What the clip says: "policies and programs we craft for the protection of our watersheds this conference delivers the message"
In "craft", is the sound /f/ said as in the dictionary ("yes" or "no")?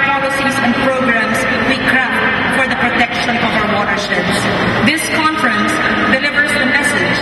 no